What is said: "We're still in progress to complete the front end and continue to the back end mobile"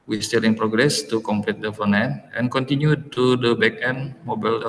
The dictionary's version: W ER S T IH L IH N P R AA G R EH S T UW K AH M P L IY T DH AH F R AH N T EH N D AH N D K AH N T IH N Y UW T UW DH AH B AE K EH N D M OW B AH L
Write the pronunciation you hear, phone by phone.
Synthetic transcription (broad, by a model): W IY S T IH L IH N P R AA G R EH S T UW K AH M P L IY T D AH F AH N EH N AH N K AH N T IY N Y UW T UW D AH B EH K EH N M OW B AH L